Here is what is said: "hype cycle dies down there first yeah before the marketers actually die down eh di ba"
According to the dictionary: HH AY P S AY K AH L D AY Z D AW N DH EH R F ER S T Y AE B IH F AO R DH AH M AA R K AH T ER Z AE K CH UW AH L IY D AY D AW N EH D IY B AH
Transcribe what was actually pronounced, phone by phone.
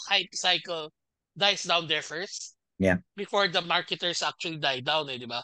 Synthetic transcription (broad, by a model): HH AY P S AY K AH L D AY S D AW N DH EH R F ER S T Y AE B IH F AO R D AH M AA R K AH T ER S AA K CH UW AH L IY D AY D AW N EH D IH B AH